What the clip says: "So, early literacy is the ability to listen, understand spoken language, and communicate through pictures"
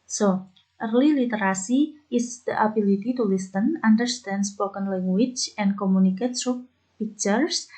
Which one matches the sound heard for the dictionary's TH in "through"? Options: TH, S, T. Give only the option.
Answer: S